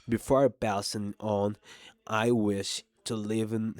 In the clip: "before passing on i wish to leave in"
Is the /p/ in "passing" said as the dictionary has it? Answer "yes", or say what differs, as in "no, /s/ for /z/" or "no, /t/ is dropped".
no, /b/ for /p/